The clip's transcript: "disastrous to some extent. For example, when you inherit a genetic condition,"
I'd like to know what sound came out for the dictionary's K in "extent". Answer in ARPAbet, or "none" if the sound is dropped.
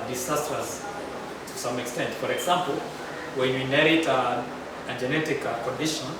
K